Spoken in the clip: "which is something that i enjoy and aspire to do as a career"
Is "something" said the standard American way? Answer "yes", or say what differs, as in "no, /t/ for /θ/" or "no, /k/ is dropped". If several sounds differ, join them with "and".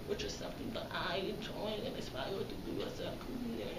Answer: yes